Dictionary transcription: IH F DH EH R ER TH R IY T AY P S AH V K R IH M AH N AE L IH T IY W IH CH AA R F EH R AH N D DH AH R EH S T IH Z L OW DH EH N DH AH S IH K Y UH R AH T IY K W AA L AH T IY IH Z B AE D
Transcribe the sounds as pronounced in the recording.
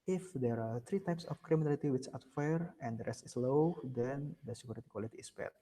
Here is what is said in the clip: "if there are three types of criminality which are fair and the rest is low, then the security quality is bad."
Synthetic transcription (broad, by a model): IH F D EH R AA T R IY T AY P S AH F K R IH M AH N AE L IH T IY W IH CH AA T F EH R AH N D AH R EH S T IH S L OW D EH N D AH S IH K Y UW R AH T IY K W AA L AH T IY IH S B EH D